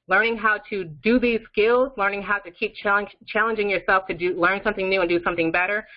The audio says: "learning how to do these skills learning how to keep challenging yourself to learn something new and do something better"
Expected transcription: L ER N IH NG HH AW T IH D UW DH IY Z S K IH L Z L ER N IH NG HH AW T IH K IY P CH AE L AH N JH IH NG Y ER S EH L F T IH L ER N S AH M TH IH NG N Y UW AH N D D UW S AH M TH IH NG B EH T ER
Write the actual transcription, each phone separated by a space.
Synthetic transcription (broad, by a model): L ER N IH NG HH AW T IH D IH DH IY Z S K IH L Z L ER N IH NG HH AW T IH K IY P CH AE L AH N JH IH NG Y ER S EH L F T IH L ER N S AH M TH IH NG N Y UW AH N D D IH S AH M TH IH NG B EH T ER